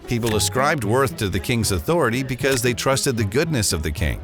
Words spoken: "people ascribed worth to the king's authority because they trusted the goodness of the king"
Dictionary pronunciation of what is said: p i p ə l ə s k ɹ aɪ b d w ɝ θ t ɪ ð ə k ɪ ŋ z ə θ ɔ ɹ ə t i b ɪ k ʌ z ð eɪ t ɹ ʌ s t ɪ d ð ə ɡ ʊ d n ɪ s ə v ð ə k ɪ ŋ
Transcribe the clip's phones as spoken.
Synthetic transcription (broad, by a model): p i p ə l ə s k ɹ aɪ b d w ɝ θ t ɪ ð ə k ɪ ŋ z ə θ ɔ ɹ ə t i b ɪ k ʌ z ð eɪ t ɹ ʌ s t ɪ d ð ə ɡ ʊ d n ɪ s ə v ð ə k ɪ ŋ